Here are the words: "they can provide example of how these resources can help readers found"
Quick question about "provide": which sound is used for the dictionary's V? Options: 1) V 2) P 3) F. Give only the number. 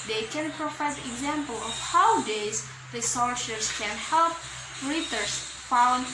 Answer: 3